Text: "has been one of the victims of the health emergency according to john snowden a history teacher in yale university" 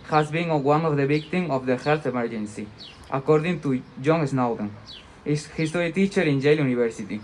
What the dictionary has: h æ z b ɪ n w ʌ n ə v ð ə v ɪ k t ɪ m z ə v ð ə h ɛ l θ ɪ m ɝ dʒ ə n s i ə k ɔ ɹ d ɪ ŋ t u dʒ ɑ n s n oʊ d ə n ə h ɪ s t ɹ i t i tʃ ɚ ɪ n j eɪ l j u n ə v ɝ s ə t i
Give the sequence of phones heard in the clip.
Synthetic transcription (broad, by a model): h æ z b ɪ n w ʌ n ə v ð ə b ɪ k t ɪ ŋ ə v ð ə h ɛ l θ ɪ m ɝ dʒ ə n s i ə k ɔ ɹ d ɪ ŋ t u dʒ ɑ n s n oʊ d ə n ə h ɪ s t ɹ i t i tʃ ɚ ɪ n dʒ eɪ l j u n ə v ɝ s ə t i